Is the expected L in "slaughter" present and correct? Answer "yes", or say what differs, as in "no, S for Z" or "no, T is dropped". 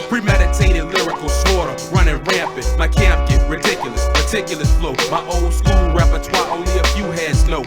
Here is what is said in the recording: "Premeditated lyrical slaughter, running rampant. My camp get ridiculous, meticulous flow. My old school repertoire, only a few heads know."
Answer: no, L is dropped